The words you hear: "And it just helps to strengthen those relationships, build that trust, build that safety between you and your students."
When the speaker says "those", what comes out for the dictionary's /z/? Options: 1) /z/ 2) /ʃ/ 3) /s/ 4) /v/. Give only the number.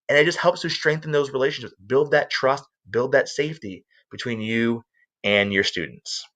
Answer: 1